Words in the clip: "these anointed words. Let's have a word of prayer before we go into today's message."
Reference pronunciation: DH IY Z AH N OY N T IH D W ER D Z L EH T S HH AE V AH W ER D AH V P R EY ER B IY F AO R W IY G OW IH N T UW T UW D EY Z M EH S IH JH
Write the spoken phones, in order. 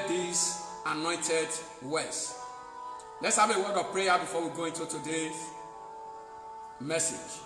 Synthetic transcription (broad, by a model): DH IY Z AH N OY N T IH D W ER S L EH T S HH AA V AH W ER D AH V P R EY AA B IY F AO W IY G OW IH N T UW T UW D EY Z M EH S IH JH